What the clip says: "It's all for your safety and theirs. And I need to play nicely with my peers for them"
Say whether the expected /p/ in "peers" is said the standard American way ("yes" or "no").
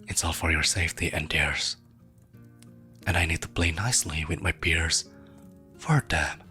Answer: no